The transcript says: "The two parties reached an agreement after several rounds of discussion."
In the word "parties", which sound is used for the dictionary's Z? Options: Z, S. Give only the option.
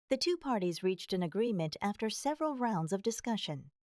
Z